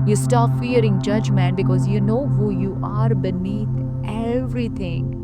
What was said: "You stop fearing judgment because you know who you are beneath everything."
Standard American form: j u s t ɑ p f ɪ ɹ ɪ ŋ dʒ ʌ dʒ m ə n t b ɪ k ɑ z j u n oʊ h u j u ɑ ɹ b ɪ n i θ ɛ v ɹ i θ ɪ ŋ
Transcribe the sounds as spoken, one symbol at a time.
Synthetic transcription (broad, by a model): j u s t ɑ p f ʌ ɹ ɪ ŋ dʒ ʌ dʒ m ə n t b ɪ k ɑ z j u n oʊ h u j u ɑ ɹ b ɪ n i t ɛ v ɹ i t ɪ ŋ